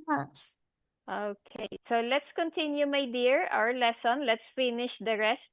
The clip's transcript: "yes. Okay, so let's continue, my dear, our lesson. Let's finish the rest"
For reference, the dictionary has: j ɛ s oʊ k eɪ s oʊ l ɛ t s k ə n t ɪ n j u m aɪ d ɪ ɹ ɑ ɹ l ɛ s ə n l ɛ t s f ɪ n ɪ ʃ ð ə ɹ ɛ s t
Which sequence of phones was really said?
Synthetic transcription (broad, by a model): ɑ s oʊ k eɪ s oʊ l ɛ t s k ə n t ɪ n j u m aɪ d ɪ ɹ ɑ ɹ l ɛ s ə n l ɛ t s f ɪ n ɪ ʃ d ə ɹ ɛ s t